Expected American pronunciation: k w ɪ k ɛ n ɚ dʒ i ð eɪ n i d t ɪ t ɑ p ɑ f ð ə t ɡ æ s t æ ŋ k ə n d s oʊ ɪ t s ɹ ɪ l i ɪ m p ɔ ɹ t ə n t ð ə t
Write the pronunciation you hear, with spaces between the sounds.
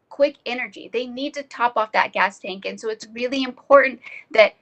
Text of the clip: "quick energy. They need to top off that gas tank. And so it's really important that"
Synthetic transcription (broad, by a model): k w ɪ k ɛ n ɚ dʒ i ð eɪ n i d t ɪ t ɑ p ɑ f ð ə t ɡ æ s t æ ŋ k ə n s oʊ ɪ t s ɹ ɪ l i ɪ m p ɔ ɹ t n ð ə t